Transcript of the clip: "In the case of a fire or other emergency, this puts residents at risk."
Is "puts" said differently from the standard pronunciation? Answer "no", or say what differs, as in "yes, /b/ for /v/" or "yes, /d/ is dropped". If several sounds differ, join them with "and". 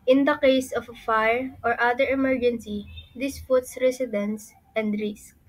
yes, /f/ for /p/